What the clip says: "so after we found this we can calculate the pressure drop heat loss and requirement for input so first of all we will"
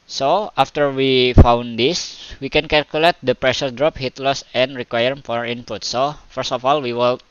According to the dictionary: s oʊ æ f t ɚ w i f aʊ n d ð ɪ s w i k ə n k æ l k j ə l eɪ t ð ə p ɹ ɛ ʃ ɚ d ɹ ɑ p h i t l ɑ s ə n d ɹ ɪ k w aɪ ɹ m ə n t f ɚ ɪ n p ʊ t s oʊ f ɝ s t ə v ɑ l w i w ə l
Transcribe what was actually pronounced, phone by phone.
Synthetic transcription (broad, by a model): s oʊ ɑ f t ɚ w i f aʊ n d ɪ s w i k ə n k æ l k j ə l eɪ t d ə p ɹ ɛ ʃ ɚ d ɹ ɑ p h i t l ɑ s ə n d ɹ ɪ k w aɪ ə t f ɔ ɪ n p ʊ t s oʊ f ɝ s t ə f ɑ l w i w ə l